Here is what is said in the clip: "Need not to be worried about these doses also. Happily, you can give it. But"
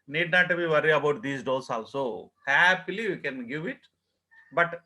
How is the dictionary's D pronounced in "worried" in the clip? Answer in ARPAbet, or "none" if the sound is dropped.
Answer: none